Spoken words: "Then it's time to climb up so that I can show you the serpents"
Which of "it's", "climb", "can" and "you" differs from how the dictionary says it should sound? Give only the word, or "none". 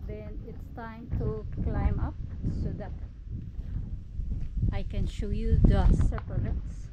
none